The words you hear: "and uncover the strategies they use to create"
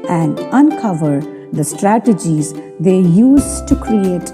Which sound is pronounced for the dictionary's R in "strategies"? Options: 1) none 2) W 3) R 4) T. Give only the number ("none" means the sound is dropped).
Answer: 3